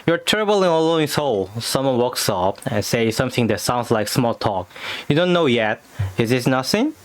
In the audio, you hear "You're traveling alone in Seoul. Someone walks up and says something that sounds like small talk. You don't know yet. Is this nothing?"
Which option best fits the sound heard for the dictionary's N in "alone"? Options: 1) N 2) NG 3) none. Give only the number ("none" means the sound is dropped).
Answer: 3